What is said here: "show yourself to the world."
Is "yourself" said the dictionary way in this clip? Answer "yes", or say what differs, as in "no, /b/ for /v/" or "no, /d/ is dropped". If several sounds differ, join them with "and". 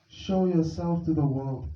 yes